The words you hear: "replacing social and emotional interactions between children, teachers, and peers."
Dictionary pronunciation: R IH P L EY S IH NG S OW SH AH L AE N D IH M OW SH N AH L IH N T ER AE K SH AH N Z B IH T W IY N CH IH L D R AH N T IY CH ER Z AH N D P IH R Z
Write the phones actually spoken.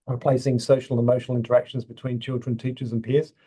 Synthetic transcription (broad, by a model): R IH P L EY S IH NG S OW SH AH L IH M OW SH N AH L IH N T ER AE K SH AH N Z B IH T W IY N CH IH L D R AH N T IY CH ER Z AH N P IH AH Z